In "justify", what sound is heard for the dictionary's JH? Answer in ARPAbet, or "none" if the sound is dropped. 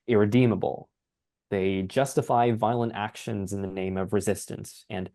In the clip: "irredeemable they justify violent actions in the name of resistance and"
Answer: JH